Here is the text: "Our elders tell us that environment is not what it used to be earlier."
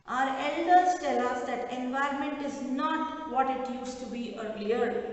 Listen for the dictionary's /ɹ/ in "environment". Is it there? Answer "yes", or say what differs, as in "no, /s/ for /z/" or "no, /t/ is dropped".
yes